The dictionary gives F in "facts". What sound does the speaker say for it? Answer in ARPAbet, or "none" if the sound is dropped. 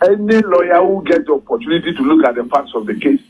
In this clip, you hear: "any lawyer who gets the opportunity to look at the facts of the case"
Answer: P